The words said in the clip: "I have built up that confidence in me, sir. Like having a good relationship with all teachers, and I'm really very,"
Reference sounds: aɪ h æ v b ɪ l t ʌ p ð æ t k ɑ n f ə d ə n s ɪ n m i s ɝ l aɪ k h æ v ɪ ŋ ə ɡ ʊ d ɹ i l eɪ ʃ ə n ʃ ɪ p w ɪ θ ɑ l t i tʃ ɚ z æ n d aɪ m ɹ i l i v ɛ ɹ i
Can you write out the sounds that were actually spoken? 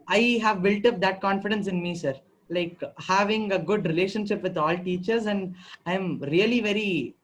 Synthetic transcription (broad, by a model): aɪ h æ v b ɪ l t ʌ p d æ t k ɑ n f ə d ə n s ɪ n m i s ɝ l aɪ k h æ v ɪ ŋ ə ɡ ʊ d ɹ i l eɪ ʃ ə n ʃ ɪ p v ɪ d ɑ l t i tʃ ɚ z æ n d aɪ m ɹ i l i v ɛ ɹ i